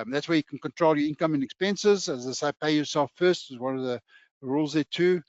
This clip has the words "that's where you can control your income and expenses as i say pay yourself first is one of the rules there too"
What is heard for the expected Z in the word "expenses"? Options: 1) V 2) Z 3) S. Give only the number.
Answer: 2